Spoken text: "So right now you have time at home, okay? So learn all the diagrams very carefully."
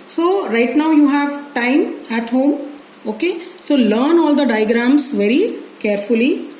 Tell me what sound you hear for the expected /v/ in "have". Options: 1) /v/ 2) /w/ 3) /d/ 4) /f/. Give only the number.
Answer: 1